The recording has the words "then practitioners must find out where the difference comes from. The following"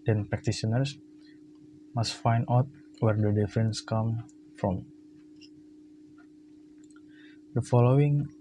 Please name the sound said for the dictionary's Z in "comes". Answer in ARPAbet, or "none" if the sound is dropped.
none